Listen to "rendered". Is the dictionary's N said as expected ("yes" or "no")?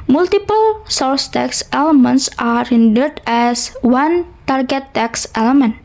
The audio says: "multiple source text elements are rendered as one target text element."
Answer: yes